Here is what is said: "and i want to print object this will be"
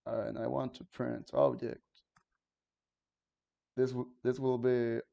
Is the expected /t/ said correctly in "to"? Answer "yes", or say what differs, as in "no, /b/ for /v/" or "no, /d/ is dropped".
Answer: yes